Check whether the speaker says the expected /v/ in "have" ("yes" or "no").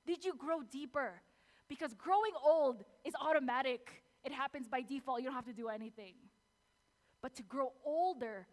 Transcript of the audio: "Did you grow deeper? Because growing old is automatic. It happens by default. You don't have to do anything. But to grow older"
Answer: no